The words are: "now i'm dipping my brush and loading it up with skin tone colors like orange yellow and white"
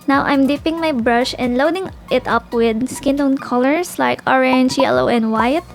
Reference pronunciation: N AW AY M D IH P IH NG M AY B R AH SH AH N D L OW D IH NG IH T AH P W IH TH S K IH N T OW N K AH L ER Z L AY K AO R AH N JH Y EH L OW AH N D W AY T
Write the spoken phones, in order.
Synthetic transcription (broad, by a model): N AW AY M D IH P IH NG M AY B R AH SH AH N D L OW D IH NG IH T AH P W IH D S K IH N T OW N K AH L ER S L AY K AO R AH N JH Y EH L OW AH N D W AY T